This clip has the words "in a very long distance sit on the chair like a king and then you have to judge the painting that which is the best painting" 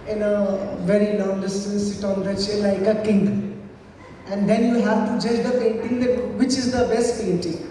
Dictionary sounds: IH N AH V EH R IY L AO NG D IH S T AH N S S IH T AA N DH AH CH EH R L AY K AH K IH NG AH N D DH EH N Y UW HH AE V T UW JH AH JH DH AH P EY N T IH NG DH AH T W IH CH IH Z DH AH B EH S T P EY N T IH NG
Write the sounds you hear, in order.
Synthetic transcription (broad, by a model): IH N AH V EH R IY N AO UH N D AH S S IH T AA N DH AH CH L AY K AH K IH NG AH N D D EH N Y UW HH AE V T UW JH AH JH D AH P EY N T IH NG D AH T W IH CH IH Z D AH B EH S T P EY N T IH NG